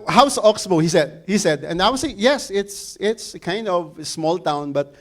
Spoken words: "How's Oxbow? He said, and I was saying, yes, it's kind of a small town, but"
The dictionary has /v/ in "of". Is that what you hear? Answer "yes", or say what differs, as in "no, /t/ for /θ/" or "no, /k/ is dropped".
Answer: yes